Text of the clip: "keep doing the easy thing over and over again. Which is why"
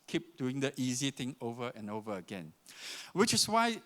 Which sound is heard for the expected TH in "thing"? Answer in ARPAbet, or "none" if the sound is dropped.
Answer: T